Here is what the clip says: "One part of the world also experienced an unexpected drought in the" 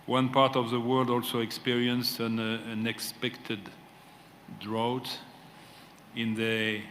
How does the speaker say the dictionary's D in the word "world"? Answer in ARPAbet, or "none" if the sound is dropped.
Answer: D